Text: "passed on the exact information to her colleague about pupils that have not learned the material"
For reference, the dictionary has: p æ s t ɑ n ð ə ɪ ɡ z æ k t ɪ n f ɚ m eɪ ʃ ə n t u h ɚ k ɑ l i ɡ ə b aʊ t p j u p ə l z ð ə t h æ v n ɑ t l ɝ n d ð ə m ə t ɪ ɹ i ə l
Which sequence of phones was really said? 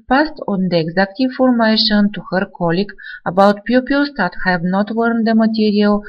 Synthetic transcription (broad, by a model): p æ s t ɑ n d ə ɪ ɡ z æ k t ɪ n f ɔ m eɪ ʃ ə n t u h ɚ k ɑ l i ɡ ə b aʊ t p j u p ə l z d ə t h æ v n ɑ t w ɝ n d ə m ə t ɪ ɹ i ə l